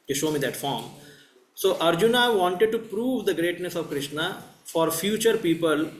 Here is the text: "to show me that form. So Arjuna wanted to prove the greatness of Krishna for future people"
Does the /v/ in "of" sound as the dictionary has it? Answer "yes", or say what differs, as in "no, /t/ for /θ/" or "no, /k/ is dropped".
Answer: yes